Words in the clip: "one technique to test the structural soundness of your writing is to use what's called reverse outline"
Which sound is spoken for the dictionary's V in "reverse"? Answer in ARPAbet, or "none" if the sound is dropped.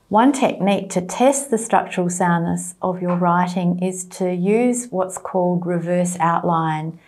V